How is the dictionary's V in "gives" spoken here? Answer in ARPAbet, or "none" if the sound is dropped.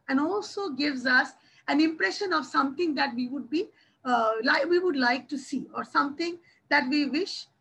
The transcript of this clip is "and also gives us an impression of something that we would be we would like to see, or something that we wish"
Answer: V